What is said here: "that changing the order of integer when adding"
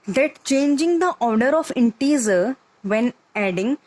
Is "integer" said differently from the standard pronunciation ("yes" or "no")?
yes